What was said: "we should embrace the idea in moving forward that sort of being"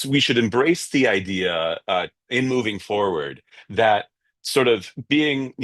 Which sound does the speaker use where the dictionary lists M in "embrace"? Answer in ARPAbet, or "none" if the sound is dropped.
M